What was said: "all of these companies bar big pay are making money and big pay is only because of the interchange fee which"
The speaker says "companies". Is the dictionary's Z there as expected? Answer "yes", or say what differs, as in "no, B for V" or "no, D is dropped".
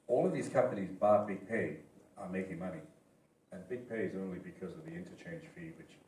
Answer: yes